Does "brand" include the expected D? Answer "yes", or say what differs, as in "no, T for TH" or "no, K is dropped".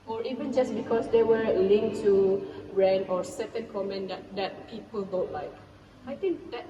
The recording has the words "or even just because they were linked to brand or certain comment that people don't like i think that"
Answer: no, D is dropped